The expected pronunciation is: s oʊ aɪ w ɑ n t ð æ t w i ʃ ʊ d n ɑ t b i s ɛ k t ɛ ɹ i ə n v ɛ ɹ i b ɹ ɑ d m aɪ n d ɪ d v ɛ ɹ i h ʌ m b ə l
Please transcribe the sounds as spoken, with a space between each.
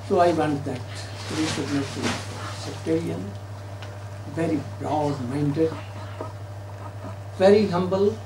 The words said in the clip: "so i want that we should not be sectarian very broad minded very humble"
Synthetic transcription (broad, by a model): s oʊ aɪ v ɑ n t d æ t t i s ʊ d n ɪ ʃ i s ɛ k t ɛ ɹ i ə n v ɛ ɹ i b ɹ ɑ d m aɪ n d ɪ d v ɛ ɹ i h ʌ m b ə l